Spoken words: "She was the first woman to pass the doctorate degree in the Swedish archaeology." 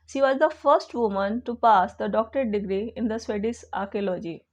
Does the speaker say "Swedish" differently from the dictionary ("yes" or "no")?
yes